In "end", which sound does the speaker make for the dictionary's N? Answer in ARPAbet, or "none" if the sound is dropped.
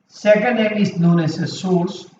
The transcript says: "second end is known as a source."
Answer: none